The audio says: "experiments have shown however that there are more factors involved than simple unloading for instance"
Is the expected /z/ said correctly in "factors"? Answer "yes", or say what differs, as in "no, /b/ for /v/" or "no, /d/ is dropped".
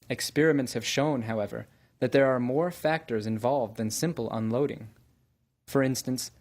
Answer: yes